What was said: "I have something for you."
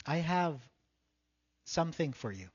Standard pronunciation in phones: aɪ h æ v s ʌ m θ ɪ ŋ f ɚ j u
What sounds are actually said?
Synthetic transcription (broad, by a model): aɪ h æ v s ʌ m θ ɪ ŋ f ɚ j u